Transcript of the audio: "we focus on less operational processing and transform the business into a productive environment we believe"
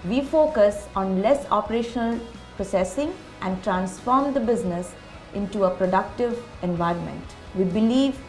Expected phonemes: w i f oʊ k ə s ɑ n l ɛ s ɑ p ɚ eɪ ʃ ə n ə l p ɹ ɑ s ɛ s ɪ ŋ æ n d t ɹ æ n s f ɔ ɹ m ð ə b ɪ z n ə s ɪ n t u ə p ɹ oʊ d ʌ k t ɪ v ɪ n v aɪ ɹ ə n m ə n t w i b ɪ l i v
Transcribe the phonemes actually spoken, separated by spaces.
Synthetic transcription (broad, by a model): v i f oʊ k ə s ɑ n l ɛ s ɑ p ɚ eɪ ʃ ə n ə l p ɹ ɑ s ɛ s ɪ ŋ æ n d t ɹ æ n s f ɔ ɹ m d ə b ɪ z n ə s ɪ n t u ə p ɹ oʊ d ʌ k t ɪ v ɪ n v aɪ ɹ ə n m ə n t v i b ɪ l i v